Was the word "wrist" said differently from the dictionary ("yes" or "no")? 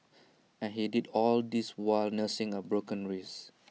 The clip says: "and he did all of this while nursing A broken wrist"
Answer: yes